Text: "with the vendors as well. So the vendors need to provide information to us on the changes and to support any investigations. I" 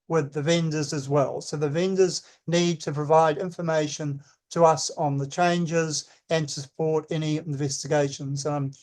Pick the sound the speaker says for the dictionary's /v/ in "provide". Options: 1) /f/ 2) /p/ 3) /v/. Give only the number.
3